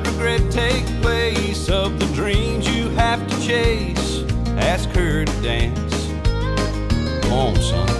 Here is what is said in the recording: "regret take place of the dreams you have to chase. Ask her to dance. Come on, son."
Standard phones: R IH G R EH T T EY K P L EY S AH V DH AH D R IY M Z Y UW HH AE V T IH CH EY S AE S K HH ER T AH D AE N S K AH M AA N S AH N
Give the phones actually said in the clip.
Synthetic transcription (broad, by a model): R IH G R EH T T EY K P L EY S AH V DH AH D R IY M Z Y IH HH AE F T IH CH EY S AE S K ER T D AE N S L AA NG S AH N